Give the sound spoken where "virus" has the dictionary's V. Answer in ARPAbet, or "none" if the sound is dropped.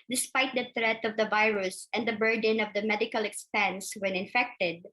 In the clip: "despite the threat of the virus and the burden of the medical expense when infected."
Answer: V